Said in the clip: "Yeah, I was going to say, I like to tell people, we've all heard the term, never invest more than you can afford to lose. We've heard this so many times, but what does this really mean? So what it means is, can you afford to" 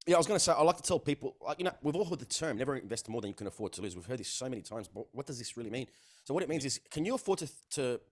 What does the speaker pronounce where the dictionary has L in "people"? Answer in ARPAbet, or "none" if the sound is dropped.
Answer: N